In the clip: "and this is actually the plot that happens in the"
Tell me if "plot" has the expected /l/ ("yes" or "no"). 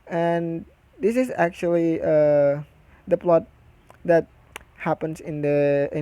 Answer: yes